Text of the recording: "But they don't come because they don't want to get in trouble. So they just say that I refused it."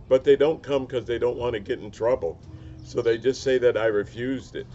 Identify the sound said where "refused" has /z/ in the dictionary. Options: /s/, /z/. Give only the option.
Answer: /z/